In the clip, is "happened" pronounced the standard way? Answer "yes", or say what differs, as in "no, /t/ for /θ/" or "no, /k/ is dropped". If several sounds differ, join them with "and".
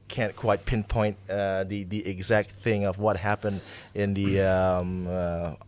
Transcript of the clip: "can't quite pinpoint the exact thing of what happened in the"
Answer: yes